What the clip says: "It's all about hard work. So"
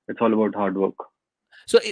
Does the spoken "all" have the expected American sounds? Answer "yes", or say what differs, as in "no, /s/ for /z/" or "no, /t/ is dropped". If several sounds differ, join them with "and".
yes